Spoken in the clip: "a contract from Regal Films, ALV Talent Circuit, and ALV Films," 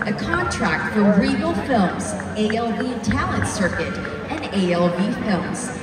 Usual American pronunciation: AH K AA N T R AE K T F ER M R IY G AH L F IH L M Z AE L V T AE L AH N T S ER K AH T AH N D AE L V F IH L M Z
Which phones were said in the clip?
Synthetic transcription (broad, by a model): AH K AA N T R AE K T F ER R IY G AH L F IH L M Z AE L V T AE L AH N T S ER K AH T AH N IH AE L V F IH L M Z